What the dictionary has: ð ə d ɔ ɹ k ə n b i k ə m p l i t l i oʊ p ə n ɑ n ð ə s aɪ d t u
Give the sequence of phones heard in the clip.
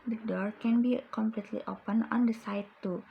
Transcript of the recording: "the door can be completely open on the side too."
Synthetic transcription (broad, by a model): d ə d ɔ ɹ k ə n b i k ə m p l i t l i oʊ p ə n ɑ n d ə s aɪ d t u